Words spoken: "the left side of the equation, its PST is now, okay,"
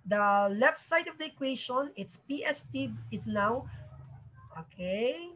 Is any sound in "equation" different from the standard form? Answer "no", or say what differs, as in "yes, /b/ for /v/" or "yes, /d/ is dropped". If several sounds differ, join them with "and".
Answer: yes, /ʃ/ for /ʒ/